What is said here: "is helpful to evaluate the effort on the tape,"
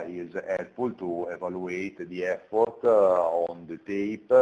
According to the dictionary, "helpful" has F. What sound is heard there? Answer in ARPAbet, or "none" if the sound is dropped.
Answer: none